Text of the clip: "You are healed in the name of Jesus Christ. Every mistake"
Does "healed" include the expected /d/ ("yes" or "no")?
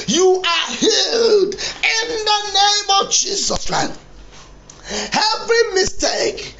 yes